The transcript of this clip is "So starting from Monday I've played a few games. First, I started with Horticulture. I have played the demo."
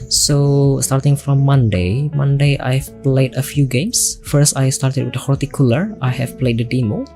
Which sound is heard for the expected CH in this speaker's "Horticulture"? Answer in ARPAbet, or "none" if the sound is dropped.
none